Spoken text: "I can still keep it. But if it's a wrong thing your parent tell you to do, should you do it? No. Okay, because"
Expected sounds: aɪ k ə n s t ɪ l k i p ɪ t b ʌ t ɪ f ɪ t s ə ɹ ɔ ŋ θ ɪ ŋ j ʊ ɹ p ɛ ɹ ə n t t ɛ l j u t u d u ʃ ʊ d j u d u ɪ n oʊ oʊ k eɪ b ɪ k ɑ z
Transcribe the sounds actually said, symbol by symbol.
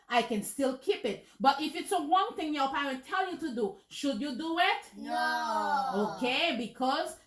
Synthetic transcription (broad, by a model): aɪ k ə n s t ɪ l k i p ɪ t b ʌ t ɪ f ɪ t s ə w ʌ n θ ɪ ŋ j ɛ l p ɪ w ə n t t ɛ l j u t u d u ʃ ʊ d j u d u ɪ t oʊ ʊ k eɪ b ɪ k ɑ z